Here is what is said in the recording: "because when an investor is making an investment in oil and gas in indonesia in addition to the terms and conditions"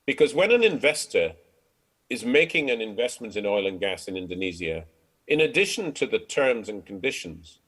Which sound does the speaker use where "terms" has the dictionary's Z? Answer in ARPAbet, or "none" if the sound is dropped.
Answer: Z